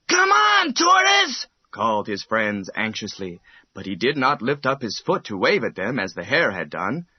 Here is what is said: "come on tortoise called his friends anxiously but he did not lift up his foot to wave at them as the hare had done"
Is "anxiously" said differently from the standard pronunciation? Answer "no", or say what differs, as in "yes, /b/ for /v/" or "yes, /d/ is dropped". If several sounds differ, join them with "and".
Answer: no